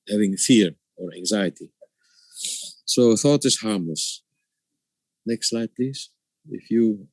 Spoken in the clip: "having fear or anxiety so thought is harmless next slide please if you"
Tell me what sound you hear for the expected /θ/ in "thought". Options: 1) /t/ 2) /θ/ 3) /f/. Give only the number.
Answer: 2